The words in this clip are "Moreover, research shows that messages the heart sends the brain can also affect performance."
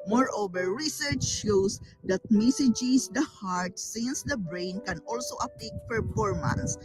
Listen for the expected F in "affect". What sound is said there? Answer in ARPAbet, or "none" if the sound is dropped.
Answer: P